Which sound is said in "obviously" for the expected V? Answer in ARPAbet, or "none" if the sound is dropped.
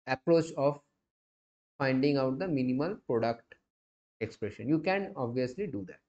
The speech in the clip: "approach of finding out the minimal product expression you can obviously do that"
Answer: V